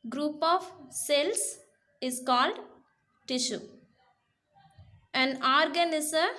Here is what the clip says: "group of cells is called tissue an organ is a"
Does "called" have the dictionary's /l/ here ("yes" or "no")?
yes